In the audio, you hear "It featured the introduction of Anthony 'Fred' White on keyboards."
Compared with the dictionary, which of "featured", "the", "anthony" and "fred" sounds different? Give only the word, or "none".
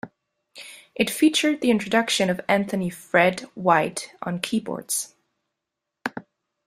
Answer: none